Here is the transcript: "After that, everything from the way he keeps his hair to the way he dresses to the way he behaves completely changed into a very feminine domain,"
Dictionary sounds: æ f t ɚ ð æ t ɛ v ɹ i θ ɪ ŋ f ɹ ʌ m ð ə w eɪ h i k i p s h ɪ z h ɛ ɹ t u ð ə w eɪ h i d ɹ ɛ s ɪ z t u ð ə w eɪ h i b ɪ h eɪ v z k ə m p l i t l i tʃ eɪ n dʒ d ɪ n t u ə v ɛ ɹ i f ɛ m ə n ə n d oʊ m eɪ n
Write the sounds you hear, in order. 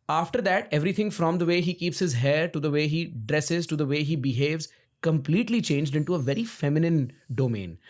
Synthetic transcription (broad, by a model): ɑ f t ɚ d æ t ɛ v ɹ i t ɪ ŋ f ɹ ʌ m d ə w eɪ h i k i p s h ɪ z h ɛ ɹ t u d ə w eɪ h i d ɹ ɛ s ɪ z t u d ə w eɪ h i b ɪ h eɪ v z k ə m p l i t l i tʃ eɪ n dʒ d ɪ n t u ə v ɛ ɹ i f ɛ m ə n ə n d oʊ m eɪ n